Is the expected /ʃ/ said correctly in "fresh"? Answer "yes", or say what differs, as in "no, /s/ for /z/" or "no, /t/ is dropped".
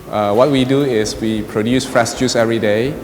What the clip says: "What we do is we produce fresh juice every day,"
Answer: no, /s/ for /ʃ/